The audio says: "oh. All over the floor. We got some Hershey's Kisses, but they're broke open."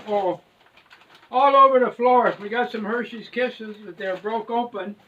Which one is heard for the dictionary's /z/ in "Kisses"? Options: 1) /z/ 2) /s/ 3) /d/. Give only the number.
1